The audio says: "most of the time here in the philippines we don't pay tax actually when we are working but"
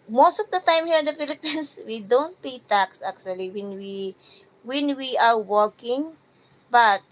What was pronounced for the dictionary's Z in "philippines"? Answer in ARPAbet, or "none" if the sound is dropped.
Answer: S